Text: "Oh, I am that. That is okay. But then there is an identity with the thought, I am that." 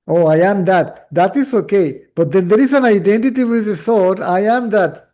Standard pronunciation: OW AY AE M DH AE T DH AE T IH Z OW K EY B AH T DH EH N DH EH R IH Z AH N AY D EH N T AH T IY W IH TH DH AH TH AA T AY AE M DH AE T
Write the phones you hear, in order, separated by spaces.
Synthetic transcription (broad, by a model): OW AY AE M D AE T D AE T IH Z OW K EY B AH T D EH N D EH R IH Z AH N AY D EH N T AH T IY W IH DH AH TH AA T AY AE M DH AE T